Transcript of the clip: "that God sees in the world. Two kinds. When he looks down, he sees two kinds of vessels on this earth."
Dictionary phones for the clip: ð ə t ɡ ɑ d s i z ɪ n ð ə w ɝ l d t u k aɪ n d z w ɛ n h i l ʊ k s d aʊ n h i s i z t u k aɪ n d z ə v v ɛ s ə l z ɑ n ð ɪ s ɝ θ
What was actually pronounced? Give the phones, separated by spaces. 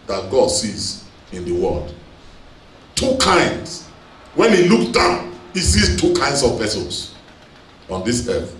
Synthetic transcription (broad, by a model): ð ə t ɡ ɑ d s i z ɪ n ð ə w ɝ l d t u k aɪ n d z w ɛ n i l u k d aʊ n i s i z t u k aɪ n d s ə v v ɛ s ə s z ɑ n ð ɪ s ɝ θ